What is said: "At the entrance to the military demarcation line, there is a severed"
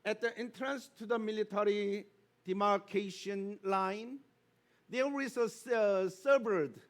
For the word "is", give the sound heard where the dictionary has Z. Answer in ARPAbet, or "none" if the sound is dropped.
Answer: S